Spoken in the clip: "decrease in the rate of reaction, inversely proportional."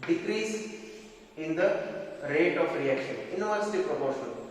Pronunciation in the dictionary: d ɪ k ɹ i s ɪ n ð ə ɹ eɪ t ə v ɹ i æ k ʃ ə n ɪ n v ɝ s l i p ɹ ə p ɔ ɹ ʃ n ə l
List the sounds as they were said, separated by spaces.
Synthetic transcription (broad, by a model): d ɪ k ɹ i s ɪ n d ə ɹ eɪ t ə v ɹ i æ k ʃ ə n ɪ n ɝ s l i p ɹ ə p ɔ ɹ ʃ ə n